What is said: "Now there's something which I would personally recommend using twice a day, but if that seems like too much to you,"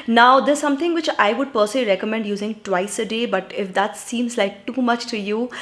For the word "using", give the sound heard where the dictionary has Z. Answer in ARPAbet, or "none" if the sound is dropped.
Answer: Z